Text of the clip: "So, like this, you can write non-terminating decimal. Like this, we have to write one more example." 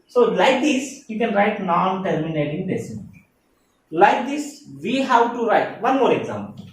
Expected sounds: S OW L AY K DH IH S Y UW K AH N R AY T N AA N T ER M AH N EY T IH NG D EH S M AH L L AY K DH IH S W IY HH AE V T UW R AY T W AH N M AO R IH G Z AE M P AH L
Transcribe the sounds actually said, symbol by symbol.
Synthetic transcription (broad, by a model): S OW L AY K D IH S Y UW K AH N R AY T N AA N T ER M AH N EY T IH NG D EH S AH N L AY K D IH S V IY HH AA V T UW R AY T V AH N M AO R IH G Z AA M P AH L